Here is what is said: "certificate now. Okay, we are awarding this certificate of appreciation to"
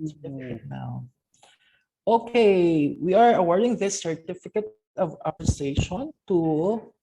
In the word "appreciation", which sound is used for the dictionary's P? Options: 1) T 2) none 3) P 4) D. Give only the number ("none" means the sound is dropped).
2